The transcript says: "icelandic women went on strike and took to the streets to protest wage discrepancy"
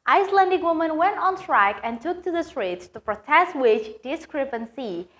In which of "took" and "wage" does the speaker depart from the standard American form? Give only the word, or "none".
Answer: wage